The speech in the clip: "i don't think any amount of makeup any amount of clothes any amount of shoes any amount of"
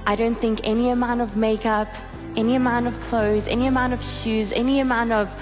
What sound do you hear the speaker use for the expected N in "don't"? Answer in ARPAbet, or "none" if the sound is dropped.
N